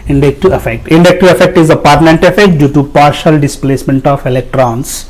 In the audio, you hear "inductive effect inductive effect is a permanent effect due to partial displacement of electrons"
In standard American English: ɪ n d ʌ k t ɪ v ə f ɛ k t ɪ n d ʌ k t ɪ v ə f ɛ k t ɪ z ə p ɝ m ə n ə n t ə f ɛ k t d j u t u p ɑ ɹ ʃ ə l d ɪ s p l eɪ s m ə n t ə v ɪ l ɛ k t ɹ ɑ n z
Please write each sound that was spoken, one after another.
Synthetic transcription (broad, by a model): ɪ n d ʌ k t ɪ ə f ɛ k t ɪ n d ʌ k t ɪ ə f ɛ k t ɪ z ə p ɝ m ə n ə n t ə f ɛ k t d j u t u p ɑ ɹ ʃ ə l d ɪ s p l eɪ s m ə n t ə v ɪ l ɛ k t ɹ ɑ n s